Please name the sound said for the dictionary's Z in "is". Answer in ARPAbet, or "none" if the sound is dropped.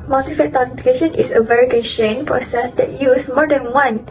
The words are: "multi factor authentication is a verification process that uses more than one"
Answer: S